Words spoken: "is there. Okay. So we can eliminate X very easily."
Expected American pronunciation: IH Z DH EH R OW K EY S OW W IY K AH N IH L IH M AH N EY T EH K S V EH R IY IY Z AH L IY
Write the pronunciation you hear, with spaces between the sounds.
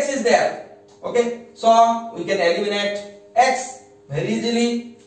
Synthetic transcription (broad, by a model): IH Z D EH R OW K EY S OW W IY K AH N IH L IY M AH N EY T EH K S B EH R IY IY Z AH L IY